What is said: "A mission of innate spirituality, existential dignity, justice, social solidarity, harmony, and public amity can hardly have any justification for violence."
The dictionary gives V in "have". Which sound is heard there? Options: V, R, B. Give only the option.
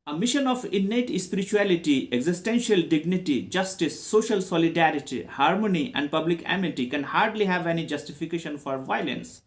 V